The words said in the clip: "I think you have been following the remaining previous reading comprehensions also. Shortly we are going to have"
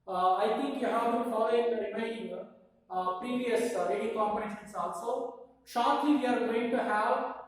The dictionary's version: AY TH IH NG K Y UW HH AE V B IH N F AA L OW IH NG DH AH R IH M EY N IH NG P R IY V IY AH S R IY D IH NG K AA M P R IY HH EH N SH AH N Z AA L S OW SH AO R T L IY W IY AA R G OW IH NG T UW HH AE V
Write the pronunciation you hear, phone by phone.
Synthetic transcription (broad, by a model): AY T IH NG K Y UW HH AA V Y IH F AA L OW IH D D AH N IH IH IH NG P R IY V IY AH S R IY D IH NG K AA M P IY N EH SH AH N S AA L S OW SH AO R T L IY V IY AA R G OW IH NG T UW HH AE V